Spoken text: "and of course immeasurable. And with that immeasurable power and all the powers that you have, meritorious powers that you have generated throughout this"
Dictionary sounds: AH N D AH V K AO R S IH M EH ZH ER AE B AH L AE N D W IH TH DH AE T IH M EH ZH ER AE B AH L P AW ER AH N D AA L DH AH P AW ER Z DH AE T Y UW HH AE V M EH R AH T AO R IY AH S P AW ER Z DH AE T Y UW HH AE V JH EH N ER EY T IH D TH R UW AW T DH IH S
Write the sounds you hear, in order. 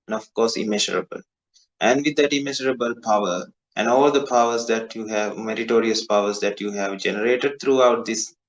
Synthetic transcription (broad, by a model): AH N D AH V K AO R S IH M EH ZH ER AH B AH L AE N D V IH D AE T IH M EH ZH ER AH B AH L P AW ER AH N D AA L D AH P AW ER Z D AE T Y UW HH AE V M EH R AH T AO R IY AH S P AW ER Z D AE T Y UW HH AE V JH EH N ER EY T IH D T R UW AW T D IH S